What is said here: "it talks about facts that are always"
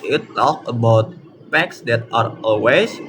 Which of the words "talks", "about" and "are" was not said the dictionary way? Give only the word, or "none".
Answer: talks